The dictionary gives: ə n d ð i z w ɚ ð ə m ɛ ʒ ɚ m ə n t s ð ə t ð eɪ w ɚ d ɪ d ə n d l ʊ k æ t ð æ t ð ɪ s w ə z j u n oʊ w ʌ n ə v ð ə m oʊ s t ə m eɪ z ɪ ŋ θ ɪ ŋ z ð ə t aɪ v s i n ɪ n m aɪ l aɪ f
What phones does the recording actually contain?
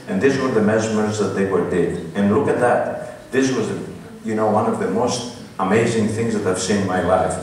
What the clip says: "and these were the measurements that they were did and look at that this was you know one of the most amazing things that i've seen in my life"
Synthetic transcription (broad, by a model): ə n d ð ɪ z w ɚ ð ə m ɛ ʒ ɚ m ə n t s ð ə t ð eɪ w ɚ d ɪ d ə n l ʊ k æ t ð æ t ð ɪ s w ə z j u n oʊ w ʌ n ə v ð ə m oʊ s t ə m eɪ z ɪ ŋ θ ɪ ŋ z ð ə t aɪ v s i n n m aɪ l aɪ f